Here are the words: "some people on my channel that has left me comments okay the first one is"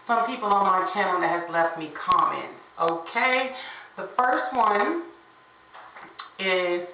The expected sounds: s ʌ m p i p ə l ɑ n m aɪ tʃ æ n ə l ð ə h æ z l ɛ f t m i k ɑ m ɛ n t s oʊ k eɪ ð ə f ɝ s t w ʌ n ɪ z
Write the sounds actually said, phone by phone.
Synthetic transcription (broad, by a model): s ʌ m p i p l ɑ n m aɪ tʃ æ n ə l ð ə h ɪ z l ɛ f t m i k ɑ m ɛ n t oʊ k eɪ ð ə f ɝ s t w ʌ n ɪ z